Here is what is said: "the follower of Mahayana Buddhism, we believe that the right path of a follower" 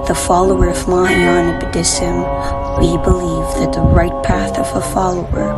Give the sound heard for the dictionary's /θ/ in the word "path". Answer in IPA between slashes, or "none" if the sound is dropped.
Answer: /θ/